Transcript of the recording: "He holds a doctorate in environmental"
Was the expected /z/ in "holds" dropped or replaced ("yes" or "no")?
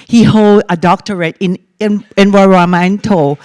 yes